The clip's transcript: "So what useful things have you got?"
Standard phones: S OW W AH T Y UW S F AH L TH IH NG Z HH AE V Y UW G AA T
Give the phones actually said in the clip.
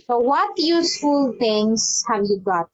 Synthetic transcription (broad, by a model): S OW W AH T Y UW S F AH L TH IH NG S HH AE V Y UW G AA T